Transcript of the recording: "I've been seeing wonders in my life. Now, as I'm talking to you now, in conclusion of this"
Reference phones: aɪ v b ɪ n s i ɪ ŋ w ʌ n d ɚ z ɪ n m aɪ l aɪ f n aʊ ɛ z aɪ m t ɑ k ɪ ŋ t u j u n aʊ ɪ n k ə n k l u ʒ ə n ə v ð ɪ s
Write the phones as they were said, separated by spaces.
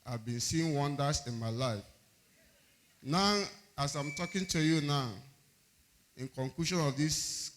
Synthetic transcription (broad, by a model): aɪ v b ɪ n s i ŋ w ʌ n d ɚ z ɪ n m aɪ l aɪ f n aʊ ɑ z aɪ m t ɑ k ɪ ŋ t u j u n aʊ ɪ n k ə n k l u ʃ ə n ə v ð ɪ s